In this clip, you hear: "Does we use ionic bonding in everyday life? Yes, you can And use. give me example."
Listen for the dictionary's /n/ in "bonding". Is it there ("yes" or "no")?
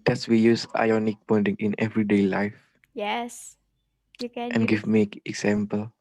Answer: no